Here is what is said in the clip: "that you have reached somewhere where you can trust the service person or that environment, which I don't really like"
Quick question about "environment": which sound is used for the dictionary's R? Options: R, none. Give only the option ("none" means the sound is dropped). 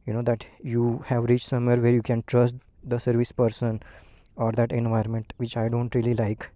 none